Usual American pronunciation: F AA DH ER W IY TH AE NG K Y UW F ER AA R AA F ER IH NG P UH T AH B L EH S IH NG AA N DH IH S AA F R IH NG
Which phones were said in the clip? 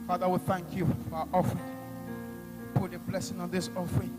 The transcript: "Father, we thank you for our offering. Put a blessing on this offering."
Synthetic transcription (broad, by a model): F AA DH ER W IY TH AE NG K Y UW F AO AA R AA F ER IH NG P UH T AH B L EH S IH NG AA N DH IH S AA F R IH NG